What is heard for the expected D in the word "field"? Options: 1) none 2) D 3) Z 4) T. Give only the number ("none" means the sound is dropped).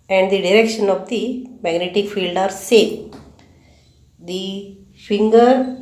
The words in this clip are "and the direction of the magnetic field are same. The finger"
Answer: 2